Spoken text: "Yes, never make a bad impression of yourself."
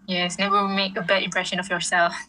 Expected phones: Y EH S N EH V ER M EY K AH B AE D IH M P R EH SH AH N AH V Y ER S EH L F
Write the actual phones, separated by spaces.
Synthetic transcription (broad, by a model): Y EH S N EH W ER M EY K AH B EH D IH M P R EH SH AH N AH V Y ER S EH L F